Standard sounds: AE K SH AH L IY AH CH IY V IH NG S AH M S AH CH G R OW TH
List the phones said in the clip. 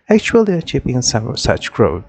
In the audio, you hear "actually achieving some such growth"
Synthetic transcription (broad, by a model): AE K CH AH L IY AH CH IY P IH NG S AH M S AH CH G R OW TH